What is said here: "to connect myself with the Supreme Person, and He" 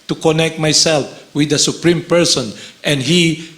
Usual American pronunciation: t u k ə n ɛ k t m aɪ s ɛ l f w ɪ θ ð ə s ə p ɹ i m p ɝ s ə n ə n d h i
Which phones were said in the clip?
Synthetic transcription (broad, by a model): t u k ə n ɛ k t m aɪ s ɛ l f w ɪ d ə s ə p ɹ i m p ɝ s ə n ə n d h i